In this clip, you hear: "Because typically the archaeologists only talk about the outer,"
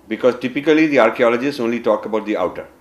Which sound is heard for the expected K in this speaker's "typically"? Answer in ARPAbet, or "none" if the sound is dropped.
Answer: K